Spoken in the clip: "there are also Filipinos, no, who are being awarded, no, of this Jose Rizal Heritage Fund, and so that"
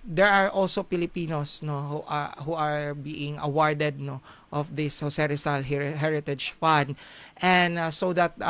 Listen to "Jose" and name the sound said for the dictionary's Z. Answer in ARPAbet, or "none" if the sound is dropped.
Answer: S